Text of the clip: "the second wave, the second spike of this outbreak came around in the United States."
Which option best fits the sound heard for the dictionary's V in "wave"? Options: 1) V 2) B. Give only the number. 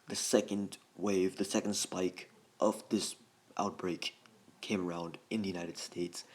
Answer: 1